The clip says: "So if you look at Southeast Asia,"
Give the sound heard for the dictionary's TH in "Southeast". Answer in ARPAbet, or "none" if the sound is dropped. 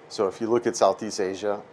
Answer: TH